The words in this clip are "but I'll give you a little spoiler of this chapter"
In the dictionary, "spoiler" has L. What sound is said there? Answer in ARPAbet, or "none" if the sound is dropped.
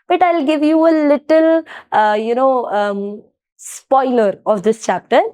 L